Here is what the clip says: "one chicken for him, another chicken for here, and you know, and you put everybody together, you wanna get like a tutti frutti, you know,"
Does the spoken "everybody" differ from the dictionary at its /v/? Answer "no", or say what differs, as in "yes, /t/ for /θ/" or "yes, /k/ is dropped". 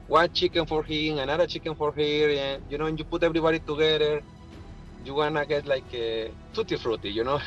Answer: yes, /b/ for /v/